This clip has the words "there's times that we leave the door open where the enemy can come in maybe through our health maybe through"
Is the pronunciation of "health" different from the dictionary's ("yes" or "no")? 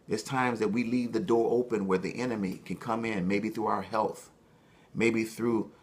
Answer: no